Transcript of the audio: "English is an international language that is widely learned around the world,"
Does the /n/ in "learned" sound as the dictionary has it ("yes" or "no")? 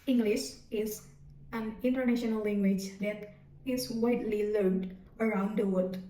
no